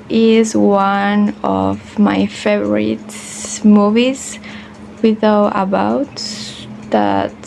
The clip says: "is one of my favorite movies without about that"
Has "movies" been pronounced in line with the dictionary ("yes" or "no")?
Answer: yes